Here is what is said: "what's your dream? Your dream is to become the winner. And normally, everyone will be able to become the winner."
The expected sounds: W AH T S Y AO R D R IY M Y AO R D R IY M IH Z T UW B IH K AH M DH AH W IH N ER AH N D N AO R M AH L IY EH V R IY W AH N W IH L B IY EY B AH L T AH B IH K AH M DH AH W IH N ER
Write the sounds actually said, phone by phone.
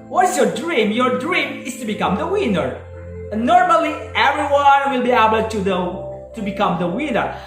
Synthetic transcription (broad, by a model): W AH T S Y AO R D R IY M Y AO R D R IY M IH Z T UW B IH K AH M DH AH W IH N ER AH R N AO R M AH L IY EH V R IY W AH N W IH L B IY EY B AH L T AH B IH K AH M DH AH W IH N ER